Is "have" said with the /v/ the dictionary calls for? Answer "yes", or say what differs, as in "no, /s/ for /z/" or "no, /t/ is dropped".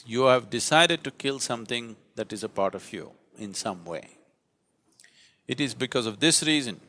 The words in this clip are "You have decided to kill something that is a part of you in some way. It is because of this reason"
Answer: yes